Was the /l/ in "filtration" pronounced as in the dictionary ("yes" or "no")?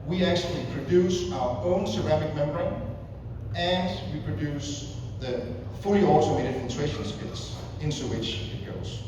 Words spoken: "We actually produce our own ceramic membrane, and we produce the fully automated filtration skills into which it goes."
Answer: no